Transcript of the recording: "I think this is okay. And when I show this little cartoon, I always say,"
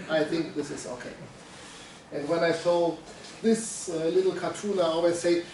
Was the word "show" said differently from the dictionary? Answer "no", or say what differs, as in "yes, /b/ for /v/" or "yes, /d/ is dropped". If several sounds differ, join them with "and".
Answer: yes, /s/ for /ʃ/